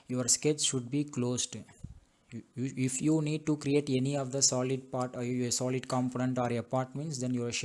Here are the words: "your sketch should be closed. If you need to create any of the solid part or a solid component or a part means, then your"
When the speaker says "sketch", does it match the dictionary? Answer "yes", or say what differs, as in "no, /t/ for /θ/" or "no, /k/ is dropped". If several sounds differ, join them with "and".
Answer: no, /s/ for /tʃ/